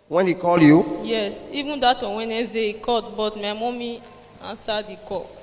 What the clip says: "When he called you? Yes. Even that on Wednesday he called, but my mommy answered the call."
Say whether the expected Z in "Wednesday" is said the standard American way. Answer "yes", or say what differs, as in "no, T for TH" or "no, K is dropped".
no, S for Z